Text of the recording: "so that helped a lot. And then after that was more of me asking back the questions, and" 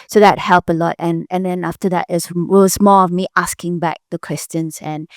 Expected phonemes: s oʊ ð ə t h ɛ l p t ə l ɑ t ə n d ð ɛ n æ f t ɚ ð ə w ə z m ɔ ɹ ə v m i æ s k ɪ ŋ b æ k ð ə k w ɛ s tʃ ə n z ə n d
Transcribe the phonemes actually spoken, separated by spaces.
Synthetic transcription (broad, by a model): s oʊ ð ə t h ɛ l p ə l ɑ t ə n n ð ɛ n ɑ f t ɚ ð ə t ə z m ɔ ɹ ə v m i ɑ s k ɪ ŋ b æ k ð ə k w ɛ s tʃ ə n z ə n